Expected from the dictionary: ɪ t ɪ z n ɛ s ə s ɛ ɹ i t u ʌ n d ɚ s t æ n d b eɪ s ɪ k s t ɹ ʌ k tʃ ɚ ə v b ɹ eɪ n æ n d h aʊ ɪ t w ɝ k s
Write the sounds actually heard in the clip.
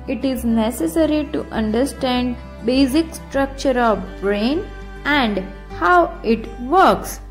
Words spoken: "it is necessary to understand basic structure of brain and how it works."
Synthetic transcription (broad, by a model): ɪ t ɪ z n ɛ s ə s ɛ ɹ i t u ʌ n d ɚ s t æ n d b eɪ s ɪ k s t ɹ ʌ k tʃ ɚ ə v b ɹ eɪ n æ n d h aʊ ɪ t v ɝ k s